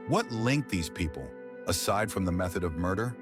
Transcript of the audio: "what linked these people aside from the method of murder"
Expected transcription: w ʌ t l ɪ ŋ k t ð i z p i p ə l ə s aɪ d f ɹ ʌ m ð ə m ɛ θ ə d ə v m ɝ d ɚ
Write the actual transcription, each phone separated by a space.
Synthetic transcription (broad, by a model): w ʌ t l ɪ ŋ k ð i z p i p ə l ə s aɪ d f ɹ ʌ m ð ə m ɛ θ ə d ə v m ɝ d ɚ